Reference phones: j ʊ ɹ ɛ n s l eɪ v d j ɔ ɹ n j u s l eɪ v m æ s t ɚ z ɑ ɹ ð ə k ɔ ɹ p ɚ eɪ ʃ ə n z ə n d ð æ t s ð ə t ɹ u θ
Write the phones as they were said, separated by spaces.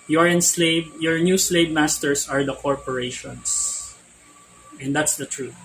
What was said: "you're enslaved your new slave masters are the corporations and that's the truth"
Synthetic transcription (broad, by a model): j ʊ ɹ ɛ n s l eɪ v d j ɔ ɹ n j u s l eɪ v m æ s t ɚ s ɑ ɹ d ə k ɔ ɹ p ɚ eɪ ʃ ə n s ə n d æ t s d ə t ɹ u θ